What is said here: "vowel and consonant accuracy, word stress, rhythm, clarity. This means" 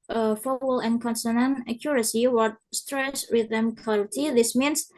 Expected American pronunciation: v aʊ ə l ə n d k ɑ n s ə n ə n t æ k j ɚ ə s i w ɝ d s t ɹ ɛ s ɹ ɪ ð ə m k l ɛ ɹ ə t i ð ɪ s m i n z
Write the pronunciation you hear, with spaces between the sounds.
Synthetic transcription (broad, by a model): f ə l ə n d k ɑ n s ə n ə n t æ k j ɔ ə s i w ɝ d s t ɹ ɛ s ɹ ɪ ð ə m k ʌ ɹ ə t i ð ɪ s m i n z